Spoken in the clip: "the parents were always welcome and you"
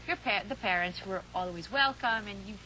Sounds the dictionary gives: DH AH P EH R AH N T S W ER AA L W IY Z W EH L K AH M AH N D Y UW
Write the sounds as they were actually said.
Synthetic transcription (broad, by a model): DH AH P EH R AH N T S W ER AA L W IY Z W EH L K AH M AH N Y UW